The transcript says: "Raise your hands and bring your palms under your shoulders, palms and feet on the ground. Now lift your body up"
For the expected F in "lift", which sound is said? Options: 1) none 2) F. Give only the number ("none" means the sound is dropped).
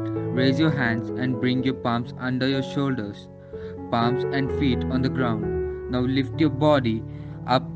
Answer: 2